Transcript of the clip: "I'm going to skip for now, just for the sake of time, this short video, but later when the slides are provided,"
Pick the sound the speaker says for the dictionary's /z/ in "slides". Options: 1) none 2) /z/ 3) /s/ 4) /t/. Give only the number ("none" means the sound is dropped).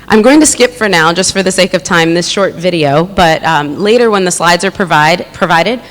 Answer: 2